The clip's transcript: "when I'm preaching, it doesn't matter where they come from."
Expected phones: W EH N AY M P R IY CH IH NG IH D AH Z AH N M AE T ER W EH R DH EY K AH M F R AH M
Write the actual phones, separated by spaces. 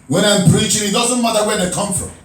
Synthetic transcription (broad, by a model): W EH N AY M P R IY CH IH NG IH D AH Z AH N M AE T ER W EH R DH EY K AH M F R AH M